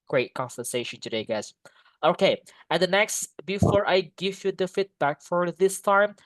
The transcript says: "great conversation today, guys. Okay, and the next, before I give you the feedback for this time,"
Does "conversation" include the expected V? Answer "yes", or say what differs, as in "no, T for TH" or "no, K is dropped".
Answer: no, F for V